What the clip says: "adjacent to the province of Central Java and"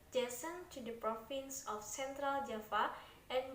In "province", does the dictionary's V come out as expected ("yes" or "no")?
no